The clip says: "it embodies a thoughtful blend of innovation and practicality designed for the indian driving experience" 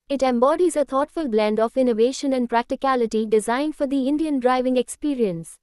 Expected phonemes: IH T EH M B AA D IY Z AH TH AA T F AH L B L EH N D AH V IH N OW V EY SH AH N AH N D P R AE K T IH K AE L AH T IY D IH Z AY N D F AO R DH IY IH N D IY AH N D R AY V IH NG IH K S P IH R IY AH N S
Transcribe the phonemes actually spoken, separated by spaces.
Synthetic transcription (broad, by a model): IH T EH M B AA D IY Z AH T AA T F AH L B L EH N D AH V IH N OW V EY SH AH N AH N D P R AE K T IH K AE L AH T IY D IH Z AY N D F AO R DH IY IH N D IY AH N D R AY V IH NG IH K S P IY R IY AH N S